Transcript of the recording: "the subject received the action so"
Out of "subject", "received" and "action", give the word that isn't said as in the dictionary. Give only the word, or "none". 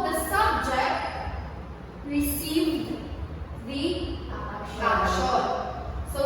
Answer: action